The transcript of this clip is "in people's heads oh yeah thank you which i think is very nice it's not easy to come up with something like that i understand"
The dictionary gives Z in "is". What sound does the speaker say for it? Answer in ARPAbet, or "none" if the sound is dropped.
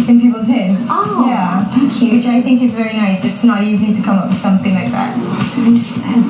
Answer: Z